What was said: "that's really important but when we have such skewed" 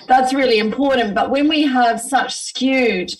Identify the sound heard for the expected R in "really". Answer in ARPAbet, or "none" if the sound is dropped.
R